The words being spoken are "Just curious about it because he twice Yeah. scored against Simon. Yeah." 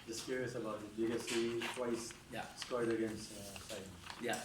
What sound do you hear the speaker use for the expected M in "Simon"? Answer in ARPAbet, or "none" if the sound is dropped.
none